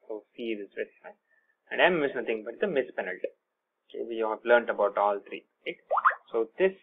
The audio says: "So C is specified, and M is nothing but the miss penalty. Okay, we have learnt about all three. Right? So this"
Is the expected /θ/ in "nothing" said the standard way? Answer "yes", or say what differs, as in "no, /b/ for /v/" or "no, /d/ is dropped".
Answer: no, /t/ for /θ/